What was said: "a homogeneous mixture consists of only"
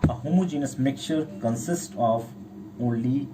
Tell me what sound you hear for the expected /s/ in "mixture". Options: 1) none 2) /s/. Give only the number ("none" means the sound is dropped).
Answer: 1